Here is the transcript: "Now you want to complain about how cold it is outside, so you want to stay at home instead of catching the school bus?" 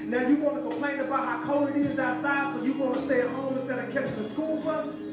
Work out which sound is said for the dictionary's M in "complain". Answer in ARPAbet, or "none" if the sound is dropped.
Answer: M